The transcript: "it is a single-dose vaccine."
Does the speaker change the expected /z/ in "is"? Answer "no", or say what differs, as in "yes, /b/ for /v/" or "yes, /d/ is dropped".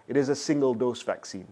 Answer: no